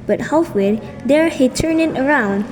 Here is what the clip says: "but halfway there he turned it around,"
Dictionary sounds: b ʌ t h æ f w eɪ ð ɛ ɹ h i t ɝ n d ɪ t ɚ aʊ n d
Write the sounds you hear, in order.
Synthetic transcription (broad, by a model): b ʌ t h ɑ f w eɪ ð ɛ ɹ h i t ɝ n ɪ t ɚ aʊ n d